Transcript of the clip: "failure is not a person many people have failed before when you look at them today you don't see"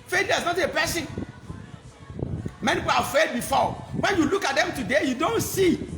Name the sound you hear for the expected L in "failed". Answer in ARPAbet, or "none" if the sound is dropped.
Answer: none